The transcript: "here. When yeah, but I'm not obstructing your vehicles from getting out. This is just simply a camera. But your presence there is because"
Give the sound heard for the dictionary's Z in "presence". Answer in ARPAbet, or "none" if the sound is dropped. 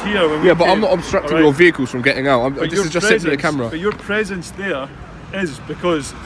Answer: Z